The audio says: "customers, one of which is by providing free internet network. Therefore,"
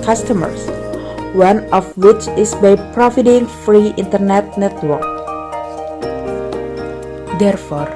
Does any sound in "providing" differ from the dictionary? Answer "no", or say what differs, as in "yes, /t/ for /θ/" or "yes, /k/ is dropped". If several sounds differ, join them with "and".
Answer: yes, /f/ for /v/